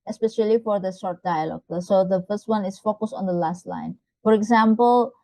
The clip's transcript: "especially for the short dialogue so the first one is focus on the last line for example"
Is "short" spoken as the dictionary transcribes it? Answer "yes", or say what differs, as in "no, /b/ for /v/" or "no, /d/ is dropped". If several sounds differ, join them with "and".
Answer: no, /s/ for /ʃ/